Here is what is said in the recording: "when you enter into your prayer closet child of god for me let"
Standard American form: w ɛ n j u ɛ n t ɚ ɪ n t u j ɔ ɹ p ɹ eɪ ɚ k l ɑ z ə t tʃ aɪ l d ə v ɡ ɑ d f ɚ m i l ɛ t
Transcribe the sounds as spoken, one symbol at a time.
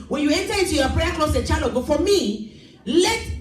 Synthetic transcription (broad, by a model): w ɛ n j u ɛ n t ɚ ɪ n t u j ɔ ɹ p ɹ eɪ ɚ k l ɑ s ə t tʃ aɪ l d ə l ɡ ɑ f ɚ m i l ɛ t